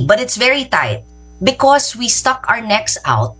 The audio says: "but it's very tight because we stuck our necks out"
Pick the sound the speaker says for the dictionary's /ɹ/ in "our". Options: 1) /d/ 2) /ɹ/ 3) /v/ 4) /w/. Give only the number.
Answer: 2